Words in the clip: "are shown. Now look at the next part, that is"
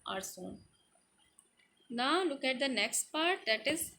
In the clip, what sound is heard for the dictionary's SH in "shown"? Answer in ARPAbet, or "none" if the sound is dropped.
S